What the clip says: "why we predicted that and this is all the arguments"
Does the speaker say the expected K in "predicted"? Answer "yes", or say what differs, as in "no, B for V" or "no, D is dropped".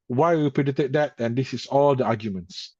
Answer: no, K is dropped